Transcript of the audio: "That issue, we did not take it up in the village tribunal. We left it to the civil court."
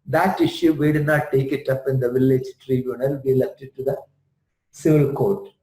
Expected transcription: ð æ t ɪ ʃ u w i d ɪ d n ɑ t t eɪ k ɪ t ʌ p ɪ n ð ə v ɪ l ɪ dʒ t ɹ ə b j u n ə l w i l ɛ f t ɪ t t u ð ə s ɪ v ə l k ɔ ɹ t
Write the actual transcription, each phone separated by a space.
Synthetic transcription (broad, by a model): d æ t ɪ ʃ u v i d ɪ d n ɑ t t eɪ k ɪ t ʌ p ɪ n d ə v ɪ l ɪ dʒ t ɹ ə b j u n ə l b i l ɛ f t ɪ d t u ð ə s ɪ v ə l k ɔ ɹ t